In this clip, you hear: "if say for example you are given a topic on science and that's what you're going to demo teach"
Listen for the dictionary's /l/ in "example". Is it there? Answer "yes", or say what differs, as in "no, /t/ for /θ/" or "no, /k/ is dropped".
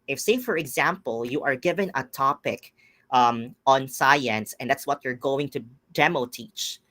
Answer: yes